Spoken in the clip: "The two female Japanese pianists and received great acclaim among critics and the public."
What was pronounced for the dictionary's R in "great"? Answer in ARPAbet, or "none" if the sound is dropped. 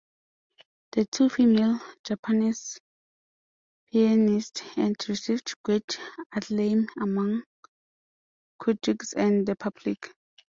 W